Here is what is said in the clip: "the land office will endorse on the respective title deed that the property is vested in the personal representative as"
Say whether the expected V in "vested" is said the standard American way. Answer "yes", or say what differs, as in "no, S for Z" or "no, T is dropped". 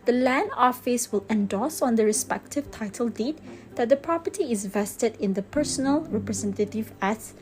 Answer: yes